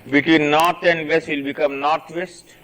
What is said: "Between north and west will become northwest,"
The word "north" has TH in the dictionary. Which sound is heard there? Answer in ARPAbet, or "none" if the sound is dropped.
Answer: T